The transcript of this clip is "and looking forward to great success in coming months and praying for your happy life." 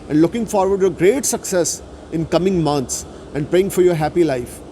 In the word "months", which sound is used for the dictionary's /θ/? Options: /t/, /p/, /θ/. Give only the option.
/t/